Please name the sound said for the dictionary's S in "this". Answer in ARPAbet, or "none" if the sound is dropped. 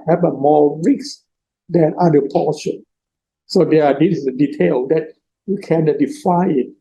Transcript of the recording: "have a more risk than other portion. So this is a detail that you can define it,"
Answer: none